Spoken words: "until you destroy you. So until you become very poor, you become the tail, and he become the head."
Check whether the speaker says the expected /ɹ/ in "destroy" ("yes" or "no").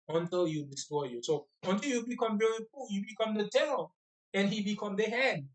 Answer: no